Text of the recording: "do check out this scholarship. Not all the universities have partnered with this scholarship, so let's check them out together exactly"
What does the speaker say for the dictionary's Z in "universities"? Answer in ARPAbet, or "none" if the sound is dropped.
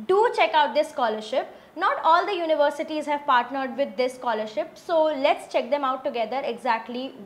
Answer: Z